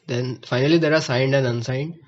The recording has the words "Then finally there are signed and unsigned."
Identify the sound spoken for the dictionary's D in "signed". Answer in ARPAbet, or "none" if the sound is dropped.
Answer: D